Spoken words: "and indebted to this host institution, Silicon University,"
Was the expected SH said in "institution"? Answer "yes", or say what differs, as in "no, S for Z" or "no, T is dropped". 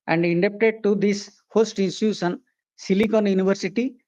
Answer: no, S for SH